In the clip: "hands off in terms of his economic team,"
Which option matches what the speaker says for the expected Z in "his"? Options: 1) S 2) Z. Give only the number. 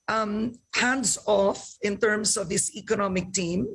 1